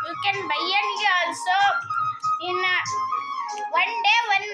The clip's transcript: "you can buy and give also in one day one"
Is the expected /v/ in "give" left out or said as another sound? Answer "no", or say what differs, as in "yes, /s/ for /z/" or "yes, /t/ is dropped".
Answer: yes, /v/ is dropped